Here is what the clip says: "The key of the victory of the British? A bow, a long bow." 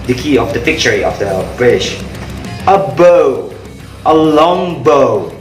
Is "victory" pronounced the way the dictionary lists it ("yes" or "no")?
no